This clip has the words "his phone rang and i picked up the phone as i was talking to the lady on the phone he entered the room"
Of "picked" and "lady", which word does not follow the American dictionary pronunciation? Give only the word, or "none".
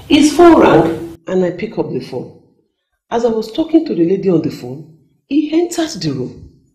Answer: picked